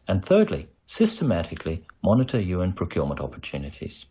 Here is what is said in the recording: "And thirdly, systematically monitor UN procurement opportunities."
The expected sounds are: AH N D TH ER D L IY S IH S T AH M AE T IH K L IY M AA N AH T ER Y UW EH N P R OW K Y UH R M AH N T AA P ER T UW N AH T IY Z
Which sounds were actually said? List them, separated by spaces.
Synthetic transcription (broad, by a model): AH N TH ER D L IY S IH S T AH M AE T IH K L IY M AA N AH T ER Y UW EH N P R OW K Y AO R M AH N T AA P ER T UW N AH T IY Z